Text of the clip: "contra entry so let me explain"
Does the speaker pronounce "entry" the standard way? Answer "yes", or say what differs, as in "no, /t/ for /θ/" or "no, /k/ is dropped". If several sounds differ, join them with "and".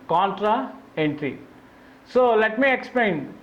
yes